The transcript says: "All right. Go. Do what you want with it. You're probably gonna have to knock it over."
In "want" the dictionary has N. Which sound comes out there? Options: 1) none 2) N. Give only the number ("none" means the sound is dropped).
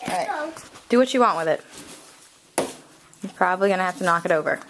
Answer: 2